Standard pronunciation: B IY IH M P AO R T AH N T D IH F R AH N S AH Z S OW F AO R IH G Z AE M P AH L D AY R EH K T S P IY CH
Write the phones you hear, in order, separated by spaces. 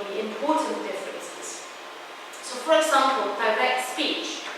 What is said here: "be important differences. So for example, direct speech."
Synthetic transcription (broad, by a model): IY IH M P AO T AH N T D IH F R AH N S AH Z S OW F AO R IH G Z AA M P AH L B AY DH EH T S P IY CH